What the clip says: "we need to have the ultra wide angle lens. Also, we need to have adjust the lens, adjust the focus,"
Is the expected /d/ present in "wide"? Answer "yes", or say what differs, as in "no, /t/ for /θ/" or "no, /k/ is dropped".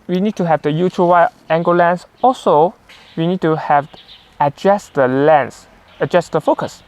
no, /d/ is dropped